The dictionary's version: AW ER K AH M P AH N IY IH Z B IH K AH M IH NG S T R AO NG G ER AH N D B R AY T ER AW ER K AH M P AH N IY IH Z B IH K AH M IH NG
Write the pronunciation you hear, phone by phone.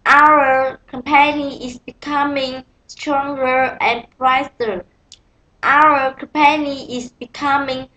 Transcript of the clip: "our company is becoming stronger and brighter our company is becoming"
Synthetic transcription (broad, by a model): AW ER K AH M P AH N IY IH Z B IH K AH M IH NG S T R AO NG G ER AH N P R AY S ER AW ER K AH M P AH N IY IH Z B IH K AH M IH NG